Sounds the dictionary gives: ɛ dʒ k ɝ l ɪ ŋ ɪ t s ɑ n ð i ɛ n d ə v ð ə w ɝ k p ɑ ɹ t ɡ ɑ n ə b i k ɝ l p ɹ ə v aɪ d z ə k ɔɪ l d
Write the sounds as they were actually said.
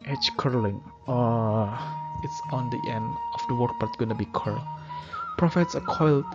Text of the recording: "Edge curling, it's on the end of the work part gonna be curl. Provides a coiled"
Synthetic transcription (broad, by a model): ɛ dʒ k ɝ l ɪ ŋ ɪ t s ɑ n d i ɛ n d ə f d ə w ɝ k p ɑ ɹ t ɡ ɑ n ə b i k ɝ p ɹ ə f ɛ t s ə k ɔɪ l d